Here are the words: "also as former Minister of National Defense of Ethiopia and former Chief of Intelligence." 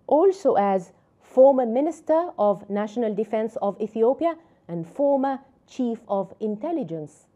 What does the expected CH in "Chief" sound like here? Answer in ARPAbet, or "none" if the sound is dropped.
CH